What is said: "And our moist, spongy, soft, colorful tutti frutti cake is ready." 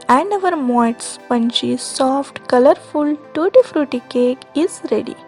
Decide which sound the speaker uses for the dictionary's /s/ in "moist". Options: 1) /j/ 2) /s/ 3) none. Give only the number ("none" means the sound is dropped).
3